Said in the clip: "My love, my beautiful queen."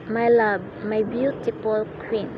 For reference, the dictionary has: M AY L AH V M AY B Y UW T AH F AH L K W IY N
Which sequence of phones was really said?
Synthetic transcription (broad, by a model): M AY L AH B M AY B Y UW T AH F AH L K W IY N